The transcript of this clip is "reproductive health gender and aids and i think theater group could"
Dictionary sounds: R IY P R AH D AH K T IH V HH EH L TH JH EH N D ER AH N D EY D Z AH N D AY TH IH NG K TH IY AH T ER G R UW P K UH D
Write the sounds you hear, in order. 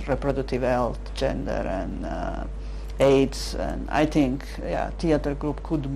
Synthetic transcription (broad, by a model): R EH P R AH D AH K T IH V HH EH L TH JH EH N D ER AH N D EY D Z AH N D AY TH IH NG K T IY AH T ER G R UW P K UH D